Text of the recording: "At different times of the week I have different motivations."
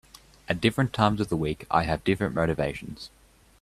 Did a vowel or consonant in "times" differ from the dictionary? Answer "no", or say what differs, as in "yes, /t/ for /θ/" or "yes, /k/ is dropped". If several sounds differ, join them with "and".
no